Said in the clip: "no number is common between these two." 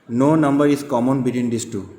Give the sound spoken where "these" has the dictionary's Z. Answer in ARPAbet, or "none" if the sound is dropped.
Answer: S